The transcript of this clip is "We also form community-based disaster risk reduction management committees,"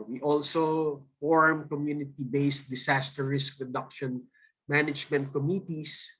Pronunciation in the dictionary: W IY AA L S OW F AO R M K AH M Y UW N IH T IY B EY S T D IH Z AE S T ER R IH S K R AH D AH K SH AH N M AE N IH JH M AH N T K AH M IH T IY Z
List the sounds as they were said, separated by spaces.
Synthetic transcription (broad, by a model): W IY AA L S OW F AO R M K AH M Y UW N IH T IY B EY S T D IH S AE S T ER R IH S K R AH D AH K SH AH N M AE N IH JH M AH N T K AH M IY T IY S